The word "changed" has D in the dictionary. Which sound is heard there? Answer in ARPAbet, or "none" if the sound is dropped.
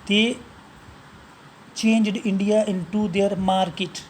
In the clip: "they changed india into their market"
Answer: D